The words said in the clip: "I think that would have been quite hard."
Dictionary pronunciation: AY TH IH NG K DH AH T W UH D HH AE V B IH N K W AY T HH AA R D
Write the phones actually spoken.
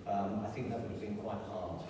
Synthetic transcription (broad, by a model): AY TH IH NG K DH AH T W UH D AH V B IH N K W AY T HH AA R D